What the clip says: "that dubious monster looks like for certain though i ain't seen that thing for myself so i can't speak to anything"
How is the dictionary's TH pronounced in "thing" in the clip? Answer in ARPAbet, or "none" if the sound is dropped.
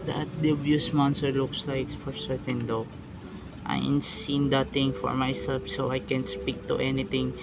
T